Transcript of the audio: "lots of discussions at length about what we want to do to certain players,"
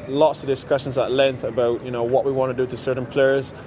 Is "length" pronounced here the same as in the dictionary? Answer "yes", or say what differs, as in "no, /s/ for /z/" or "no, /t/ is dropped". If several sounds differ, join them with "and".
yes